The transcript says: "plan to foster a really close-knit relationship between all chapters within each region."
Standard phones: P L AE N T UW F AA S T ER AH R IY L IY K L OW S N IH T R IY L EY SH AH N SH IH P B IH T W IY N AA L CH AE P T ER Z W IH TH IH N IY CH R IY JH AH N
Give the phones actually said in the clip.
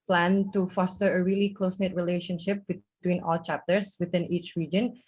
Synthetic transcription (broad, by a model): P L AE N T UW F AA S T ER AH R IY L IY K L OW S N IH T R IY L EY SH AH N SH IH P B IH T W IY N AA L CH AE P T ER S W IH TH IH N IY CH R IY JH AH N